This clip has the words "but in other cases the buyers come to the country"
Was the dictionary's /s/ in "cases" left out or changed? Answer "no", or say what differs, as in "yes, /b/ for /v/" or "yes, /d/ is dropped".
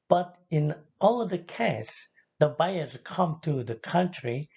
yes, /s/ is dropped